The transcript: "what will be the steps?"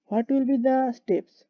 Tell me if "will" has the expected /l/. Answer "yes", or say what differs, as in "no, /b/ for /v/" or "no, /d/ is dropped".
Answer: yes